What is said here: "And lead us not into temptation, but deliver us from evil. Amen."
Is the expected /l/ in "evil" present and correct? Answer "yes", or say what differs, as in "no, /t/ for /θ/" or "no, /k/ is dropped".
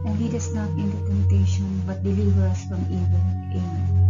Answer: no, /n/ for /l/